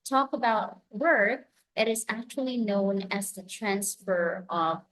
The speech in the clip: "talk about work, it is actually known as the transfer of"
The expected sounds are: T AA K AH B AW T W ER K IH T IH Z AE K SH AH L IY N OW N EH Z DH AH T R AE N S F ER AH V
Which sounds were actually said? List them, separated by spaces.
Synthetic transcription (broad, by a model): T AA K AH B AW T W ER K IH T IH Z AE K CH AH L IY N OW N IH Z DH AH T R AE N S F ER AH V